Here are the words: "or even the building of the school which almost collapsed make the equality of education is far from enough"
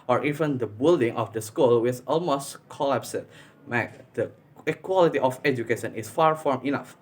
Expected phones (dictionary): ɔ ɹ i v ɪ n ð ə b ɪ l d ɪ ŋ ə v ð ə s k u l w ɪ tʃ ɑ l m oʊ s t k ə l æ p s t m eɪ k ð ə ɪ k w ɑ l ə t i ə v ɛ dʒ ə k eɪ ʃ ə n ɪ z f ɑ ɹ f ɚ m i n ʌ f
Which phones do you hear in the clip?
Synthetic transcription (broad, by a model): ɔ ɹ i v ɪ n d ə b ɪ l d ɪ ŋ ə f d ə s k u l w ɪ s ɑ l m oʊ s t k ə l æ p s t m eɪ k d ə k w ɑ l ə t i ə f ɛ dʒ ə k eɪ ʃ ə n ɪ s f ɑ ɹ f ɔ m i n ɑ f